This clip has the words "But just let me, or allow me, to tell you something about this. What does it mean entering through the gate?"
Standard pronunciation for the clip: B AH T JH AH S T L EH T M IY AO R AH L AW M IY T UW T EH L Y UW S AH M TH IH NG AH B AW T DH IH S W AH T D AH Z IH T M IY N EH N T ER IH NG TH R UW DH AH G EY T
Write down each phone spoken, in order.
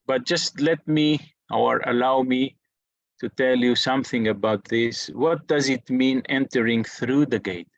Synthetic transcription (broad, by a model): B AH T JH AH S T L EH T M IY AO R AH L AW M IY T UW T EH L Y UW S AH M TH IH NG AH B AW T DH IH S W AH T D AH Z IH T M IY N EH N T ER IH NG TH R UW DH AH G EY T